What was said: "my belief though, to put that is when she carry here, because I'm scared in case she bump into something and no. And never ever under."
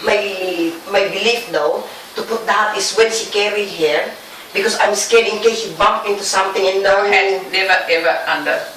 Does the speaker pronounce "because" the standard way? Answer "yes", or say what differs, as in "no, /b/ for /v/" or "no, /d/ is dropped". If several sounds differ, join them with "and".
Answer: no, /s/ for /z/